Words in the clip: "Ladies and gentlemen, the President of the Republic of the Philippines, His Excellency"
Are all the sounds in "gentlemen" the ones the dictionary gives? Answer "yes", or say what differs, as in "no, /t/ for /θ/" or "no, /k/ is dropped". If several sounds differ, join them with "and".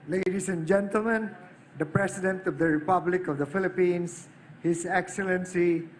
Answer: yes